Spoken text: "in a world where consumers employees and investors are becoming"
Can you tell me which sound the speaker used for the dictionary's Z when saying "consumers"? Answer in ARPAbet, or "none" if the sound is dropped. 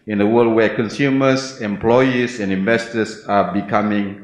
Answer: S